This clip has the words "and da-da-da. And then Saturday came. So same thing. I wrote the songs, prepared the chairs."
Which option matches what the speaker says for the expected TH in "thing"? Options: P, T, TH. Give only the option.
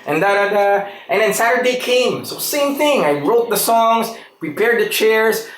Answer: TH